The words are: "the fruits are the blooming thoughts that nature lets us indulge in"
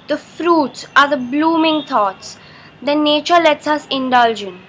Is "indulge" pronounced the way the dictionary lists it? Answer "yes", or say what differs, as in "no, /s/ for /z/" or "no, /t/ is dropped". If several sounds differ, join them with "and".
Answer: yes